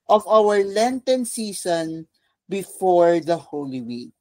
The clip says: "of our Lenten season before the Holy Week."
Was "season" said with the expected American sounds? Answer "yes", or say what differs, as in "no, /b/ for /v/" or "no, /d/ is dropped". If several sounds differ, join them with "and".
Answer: no, /s/ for /z/